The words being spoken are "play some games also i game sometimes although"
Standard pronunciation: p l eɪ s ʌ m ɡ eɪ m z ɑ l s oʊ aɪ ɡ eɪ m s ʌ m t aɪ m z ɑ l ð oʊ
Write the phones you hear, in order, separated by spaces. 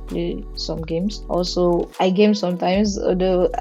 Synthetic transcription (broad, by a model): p l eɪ s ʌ m ɡ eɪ m s ɑ l s oʊ aɪ ɡ eɪ m s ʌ m t aɪ m s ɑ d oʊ